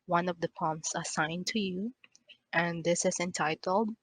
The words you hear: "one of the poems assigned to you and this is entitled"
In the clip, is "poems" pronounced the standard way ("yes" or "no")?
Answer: no